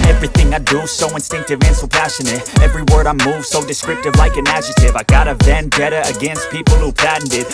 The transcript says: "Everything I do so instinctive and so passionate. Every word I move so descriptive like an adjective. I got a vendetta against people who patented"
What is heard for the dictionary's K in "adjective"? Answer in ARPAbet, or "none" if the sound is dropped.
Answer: none